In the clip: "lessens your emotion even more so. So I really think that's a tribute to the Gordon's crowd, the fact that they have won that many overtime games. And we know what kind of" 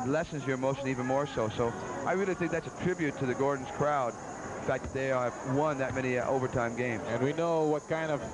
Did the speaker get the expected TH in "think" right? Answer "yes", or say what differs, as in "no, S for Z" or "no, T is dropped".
yes